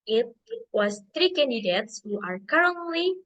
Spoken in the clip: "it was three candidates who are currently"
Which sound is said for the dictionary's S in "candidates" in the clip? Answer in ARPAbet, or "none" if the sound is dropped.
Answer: S